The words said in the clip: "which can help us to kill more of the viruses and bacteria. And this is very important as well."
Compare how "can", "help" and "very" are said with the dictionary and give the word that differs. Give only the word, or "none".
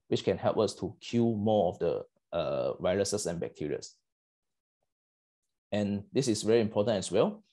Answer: none